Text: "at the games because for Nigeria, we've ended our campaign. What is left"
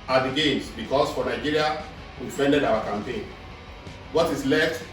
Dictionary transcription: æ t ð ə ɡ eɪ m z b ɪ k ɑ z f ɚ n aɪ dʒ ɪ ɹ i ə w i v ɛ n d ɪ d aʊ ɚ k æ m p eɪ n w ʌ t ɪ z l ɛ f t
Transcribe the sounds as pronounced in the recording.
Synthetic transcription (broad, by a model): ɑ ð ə ɡ eɪ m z b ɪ k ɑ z f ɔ n aɪ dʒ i ɹ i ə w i f ɛ n d ɪ d aʊ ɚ k æ m p eɪ n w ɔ t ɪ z l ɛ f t